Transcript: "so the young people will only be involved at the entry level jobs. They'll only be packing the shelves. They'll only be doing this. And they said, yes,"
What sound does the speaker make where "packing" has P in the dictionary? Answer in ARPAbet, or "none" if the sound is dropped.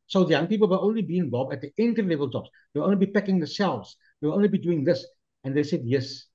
P